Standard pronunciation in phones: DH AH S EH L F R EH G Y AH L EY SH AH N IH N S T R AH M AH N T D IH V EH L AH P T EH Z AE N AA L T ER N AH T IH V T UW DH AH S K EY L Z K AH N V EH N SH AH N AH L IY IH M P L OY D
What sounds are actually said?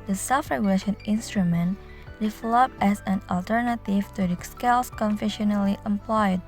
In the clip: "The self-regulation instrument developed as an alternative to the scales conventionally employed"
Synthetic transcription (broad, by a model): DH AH S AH F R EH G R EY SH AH N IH N S T R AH M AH N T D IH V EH L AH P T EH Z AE N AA L T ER N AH T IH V T UW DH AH S K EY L S K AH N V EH SH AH N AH L IY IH M P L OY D